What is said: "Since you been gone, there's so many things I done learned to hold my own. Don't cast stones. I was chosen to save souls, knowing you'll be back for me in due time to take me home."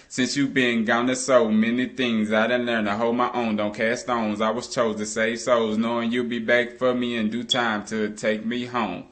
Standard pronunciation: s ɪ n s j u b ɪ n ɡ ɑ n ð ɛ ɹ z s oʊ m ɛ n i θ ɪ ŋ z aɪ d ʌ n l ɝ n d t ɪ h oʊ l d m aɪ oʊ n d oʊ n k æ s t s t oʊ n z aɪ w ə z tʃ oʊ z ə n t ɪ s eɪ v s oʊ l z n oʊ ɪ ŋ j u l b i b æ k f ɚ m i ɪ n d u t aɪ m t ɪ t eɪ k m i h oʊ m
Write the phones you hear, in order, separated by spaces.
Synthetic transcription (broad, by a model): s ɪ n s j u b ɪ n ɡ ɑ n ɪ s oʊ m ɛ n i θ ɪ ŋ z aɪ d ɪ n l ɝ n t ɪ h oʊ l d m aɪ oʊ n d oʊ n k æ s s t oʊ n z aɪ w ə z tʃ oʊ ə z t ɪ s eɪ v s oʊ z n oʊ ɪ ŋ j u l b i b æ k f ɚ m i ɪ n d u t aɪ m t ɪ t eɪ k m i h oʊ m